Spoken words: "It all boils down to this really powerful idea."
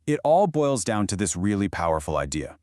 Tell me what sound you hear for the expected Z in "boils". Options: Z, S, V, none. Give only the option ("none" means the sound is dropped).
Z